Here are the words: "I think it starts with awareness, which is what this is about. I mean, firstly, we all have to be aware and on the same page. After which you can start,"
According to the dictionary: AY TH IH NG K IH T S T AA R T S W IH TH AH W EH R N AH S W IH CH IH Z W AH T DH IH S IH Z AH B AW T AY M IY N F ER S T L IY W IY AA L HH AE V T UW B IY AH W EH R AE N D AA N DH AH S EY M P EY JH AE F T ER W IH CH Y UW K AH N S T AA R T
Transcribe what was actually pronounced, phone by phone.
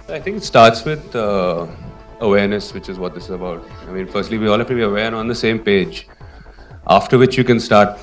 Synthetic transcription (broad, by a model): AY T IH NG K IH T S T AA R T S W IH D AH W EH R N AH S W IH CH IH Z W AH T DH IH S IH Z AH B AW T AY M IY N F ER S T L IY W IY AA L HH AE F T UW B IY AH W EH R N AA N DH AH S EY M P EY JH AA F T ER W IH CH Y UW K AH N S T AA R T